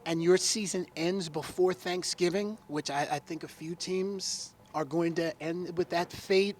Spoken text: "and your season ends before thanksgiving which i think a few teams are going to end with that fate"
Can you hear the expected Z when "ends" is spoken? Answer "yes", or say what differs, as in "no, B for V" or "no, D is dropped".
yes